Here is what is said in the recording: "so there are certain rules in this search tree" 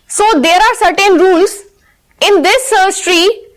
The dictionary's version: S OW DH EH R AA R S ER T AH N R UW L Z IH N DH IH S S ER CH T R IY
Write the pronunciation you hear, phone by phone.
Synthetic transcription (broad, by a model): S OW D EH R AA R S ER T AH N R UW L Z IH N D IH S S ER S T R IY